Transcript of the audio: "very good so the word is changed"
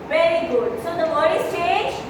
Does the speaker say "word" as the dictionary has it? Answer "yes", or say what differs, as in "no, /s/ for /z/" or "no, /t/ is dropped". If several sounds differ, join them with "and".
no, /d/ is dropped